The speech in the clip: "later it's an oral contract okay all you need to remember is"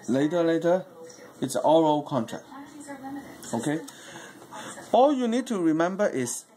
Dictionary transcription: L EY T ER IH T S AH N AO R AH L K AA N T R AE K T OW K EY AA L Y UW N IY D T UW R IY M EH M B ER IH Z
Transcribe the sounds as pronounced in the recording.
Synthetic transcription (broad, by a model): L EY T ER IH T S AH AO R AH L K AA N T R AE K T OW K EY AA L Y UW N IY D T UW R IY M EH M B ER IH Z